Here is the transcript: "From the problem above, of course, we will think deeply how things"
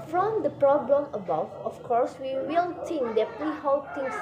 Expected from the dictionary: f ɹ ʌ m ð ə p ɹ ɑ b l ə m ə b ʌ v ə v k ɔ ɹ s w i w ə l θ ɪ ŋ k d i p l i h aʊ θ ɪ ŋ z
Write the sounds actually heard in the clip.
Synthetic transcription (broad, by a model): f ɹ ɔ m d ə p ɹ ɑ b l ə m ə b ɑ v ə f k ɔ ɹ s w i w ə l t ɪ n d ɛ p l i h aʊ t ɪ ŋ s